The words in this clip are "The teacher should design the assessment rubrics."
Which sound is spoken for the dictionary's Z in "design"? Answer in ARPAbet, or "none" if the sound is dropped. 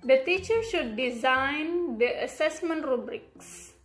Z